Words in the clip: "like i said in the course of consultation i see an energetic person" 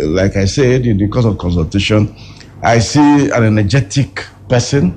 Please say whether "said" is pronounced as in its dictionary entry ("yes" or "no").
yes